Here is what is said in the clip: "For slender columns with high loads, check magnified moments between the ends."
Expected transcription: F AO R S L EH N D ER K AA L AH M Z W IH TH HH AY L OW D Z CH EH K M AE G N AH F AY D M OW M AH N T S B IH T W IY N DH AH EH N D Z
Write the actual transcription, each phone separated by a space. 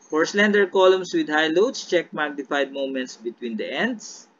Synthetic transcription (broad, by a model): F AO R S L EH N D ER K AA L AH M S W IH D HH AY L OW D S CH EH K M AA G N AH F AY D M OW M AH N T S B IH T W IY N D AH EH N D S